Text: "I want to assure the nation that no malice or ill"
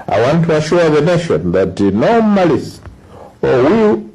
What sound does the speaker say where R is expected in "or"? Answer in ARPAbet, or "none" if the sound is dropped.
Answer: W